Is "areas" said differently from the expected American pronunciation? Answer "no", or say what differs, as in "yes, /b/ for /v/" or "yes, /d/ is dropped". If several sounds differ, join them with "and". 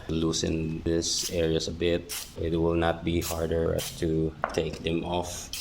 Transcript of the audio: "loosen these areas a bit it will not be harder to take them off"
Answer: yes, /s/ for /z/